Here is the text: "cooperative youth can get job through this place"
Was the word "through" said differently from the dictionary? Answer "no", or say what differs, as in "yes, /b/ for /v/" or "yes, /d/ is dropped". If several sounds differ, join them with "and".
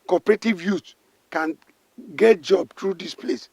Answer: yes, /t/ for /θ/